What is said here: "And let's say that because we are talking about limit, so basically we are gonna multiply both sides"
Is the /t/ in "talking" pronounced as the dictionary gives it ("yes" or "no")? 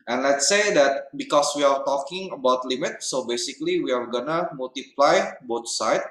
yes